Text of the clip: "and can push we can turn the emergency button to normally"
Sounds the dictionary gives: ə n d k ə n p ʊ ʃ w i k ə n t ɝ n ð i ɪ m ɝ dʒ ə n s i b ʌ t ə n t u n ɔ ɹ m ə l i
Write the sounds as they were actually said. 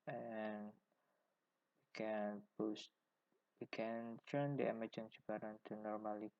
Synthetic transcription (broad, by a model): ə n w k ə n b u s w i k ə n t ɝ n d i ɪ m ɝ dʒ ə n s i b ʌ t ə n t u n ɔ ɹ m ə l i